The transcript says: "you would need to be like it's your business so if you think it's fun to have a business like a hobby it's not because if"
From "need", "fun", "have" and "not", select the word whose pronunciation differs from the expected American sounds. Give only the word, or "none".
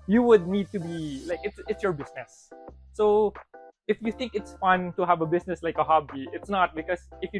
none